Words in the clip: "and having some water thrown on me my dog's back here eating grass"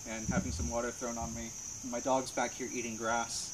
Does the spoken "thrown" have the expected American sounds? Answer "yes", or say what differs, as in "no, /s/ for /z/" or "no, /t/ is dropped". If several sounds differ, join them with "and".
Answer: yes